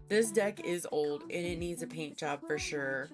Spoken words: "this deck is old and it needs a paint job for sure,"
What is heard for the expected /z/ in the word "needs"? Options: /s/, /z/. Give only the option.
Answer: /z/